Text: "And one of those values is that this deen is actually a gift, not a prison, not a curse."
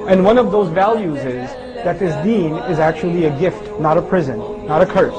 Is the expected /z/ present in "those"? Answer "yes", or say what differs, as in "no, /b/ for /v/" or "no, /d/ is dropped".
yes